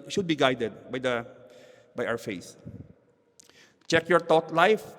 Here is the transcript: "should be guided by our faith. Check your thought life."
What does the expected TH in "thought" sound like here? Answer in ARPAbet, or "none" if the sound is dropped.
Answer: T